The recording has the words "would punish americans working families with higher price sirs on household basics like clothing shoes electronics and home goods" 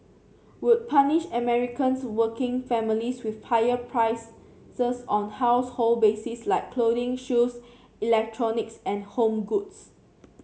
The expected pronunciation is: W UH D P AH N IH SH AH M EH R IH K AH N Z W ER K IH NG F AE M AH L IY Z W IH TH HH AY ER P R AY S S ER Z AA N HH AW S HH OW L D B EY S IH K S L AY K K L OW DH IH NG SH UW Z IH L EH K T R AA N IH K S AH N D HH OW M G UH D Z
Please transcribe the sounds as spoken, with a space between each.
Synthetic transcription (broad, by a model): W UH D P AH N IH SH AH M EH R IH K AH N S W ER K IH NG F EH M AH L IY S W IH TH HH AY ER P R AY S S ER S AA N HH AW S HH OW L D B EY S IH S L AY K K L OW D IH NG SH UW S IH L EH K T R AA N IH K S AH N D HH OW M G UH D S